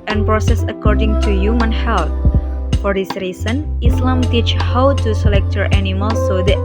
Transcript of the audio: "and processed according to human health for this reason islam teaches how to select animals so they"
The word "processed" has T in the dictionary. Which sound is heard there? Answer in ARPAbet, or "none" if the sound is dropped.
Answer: none